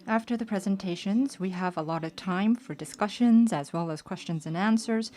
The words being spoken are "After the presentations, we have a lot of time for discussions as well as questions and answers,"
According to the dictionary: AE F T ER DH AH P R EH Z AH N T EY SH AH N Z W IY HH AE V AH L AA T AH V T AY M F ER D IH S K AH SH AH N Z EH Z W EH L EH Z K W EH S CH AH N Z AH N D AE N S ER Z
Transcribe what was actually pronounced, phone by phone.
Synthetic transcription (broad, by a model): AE F T ER DH AH P R EH Z AH N T EY SH AH N Z W IY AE V AH L AA T AH V T AY M F ER D IH S K AH SH AH N Z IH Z W EH L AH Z K W EH S CH AH N Z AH N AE N S ER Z